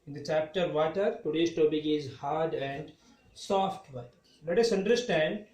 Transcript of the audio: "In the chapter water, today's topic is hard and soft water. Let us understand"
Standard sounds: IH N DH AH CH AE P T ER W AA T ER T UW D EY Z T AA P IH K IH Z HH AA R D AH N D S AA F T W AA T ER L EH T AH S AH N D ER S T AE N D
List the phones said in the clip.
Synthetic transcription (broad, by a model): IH N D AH CH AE P T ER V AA T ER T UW D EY S T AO B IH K IH Z HH AA R D AH N D S AA F T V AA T L EH T AH S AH N D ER S T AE N D